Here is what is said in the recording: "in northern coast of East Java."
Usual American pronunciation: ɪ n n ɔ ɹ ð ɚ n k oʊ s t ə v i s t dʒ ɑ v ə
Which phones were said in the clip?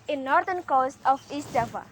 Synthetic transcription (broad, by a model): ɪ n n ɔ ɹ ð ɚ n k oʊ s t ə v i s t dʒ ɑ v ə